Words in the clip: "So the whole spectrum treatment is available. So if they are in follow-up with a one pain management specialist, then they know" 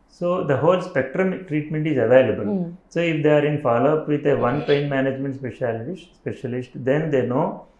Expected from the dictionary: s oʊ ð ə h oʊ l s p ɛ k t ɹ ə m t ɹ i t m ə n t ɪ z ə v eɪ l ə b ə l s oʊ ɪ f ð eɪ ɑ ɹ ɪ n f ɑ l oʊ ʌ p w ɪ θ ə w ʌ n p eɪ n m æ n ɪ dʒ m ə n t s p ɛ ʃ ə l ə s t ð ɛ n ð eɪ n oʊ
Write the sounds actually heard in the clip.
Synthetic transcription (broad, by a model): s oʊ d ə h oʊ l s p ɛ k t ɹ ə m t ɹ i t m ə n t ɪ z ə v eɪ l ə b ə l s oʊ ɪ f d eɪ ɑ ɹ ɪ n f ɑ l oʊ ʌ p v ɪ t ə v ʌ n p eɪ n m æ n ɪ dʒ m ə n t s p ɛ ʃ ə l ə s t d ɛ n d eɪ n oʊ